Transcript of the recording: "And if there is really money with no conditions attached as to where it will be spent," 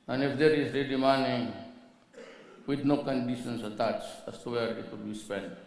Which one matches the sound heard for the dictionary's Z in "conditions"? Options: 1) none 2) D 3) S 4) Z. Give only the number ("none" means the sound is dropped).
3